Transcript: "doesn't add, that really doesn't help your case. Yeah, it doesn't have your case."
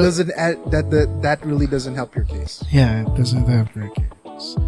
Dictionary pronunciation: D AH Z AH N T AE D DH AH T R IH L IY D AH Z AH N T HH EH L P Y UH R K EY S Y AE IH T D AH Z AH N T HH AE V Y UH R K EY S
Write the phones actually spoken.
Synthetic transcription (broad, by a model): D AH Z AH N T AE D DH AH T R IH L IY D AH Z AH N T HH EH L P Y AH R K EY S Y AE IH T D AH Z AH N T HH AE P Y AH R K EY S